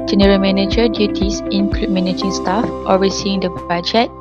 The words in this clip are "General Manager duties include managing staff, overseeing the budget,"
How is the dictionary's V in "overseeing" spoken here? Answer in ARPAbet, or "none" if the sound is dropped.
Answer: W